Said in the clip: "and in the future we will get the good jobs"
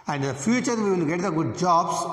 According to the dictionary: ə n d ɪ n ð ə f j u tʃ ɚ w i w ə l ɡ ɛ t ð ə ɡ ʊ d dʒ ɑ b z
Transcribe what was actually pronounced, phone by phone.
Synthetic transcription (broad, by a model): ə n d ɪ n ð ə f j u tʃ ɚ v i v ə n ɡ ɛ t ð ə ɡ ʊ d dʒ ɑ b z